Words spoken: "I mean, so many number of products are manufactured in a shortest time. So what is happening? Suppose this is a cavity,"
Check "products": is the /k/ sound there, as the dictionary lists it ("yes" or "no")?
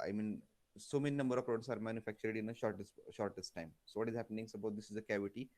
no